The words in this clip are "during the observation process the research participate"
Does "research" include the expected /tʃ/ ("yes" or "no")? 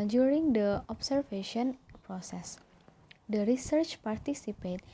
yes